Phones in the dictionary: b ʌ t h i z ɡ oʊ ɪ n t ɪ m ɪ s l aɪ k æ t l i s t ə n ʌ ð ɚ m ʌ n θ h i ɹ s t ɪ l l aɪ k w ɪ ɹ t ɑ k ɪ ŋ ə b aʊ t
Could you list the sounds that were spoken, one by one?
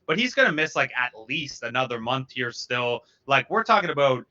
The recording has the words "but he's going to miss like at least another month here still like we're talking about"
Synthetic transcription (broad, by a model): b ʌ t h i z ɡ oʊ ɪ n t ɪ m ɪ s l aɪ k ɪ t l i s t ə n ʌ ð ɚ m ʌ n θ h i ɹ s t ɪ l l aɪ k w ɪ ɹ t ɑ k ɪ ŋ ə b aʊ t